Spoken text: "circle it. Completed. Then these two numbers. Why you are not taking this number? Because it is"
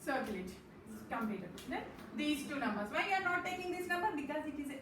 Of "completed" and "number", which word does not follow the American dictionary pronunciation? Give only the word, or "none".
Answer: completed